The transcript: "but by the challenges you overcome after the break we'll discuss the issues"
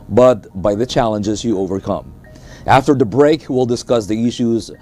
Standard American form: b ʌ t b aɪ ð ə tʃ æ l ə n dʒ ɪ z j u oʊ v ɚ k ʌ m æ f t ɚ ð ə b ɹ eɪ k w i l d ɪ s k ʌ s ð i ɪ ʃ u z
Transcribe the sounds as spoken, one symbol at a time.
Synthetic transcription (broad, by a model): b ʌ t b aɪ ð ə tʃ æ l ə n dʒ ɪ z j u oʊ v ɚ k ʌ m æ f t ɚ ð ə b ɹ eɪ k w i l d ɪ s k ʌ s ð i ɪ ʃ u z